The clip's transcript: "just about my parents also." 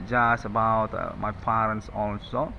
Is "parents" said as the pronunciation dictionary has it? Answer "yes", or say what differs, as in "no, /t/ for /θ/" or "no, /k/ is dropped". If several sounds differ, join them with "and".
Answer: yes